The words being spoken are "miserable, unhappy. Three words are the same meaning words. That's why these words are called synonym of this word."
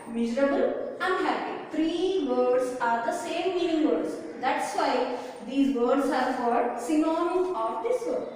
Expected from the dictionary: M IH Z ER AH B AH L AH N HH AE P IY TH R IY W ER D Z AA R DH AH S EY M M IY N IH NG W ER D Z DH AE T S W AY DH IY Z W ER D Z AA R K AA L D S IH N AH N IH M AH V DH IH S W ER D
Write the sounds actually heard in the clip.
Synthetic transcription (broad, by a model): M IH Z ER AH B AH L AH N HH AE P IY T R IY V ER D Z AA R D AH S EY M M IY N IH NG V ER D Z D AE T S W AY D IY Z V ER D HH AA R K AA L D S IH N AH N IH AH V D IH S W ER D